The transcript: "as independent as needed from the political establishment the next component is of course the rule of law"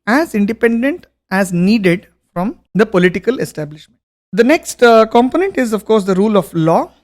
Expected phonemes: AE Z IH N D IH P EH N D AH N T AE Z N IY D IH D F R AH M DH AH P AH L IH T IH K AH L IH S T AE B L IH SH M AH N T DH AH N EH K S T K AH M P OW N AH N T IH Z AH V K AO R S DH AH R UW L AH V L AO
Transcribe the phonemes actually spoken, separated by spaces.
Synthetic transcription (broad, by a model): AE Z IH N D IH P EH N D AH N T AE Z N IY D IH D F R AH M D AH P AH L IH T IH K AH L IH S T AE B L IH SH M AH N T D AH N EH K S T K AH M P OW N AH N T IH Z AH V K AO R S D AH R UW L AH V L AO